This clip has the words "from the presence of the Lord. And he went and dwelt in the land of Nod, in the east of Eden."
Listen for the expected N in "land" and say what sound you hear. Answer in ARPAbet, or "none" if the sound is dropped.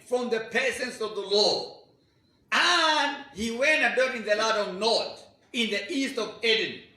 none